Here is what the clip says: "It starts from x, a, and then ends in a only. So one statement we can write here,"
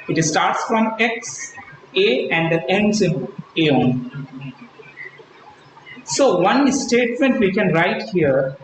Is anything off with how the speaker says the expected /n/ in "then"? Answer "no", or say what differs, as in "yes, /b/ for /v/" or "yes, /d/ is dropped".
yes, /n/ is dropped